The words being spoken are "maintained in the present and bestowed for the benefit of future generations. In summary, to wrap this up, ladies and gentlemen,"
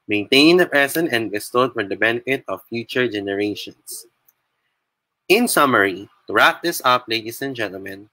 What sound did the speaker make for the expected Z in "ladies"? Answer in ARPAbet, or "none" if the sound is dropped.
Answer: S